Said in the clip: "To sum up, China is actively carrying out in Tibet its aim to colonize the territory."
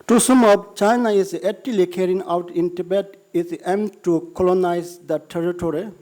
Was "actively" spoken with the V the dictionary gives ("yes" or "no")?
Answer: no